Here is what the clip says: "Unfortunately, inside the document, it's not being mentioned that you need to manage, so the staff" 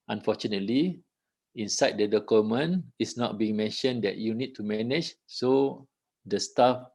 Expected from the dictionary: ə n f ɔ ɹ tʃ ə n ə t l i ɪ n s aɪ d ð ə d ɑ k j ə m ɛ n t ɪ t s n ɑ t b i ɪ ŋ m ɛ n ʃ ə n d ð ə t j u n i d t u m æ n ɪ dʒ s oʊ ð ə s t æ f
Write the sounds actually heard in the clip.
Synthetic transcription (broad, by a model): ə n f ɔ tʃ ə n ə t l i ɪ n s aɪ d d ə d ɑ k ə m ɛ n ɪ s n ɑ t b i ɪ ŋ m ɛ n ʃ ə n d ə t j u n i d t u m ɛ n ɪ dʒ s oʊ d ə s t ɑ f